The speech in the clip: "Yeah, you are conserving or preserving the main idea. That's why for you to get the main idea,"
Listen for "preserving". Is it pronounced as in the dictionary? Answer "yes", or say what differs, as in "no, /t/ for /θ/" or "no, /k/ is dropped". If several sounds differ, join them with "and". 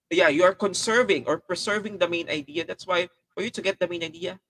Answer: no, /s/ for /z/